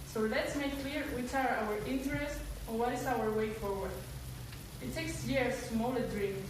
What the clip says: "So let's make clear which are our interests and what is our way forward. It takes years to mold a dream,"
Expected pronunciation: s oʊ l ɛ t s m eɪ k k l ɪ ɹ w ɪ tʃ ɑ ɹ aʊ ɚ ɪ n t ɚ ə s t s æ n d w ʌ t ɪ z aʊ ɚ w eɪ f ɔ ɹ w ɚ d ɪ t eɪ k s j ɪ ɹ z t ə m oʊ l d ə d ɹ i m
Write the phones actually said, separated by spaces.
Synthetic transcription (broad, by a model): s oʊ l ɛ t s m eɪ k k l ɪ ɹ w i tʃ ɑ ɹ aʊ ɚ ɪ n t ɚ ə s t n w ʌ t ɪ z aʊ ɚ w eɪ f ɔ ɹ w ɚ d ɪ t eɪ k s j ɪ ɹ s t m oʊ l ə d ɹ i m